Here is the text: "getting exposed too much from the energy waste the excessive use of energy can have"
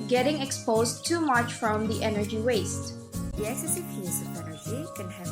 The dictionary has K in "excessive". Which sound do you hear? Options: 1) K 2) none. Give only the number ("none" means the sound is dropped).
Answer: 2